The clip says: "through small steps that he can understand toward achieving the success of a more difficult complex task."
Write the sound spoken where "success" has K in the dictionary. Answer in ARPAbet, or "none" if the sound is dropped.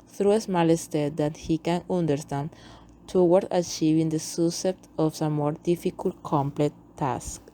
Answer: none